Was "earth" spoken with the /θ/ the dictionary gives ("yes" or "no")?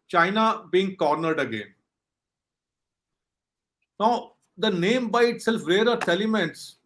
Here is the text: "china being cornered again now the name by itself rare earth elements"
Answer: no